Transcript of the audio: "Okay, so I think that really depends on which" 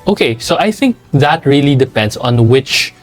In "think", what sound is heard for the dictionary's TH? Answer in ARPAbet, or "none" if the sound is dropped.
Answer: TH